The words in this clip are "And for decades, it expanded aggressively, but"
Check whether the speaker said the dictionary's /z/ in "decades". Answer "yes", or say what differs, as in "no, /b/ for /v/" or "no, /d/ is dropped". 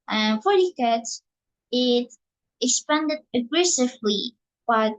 no, /z/ is dropped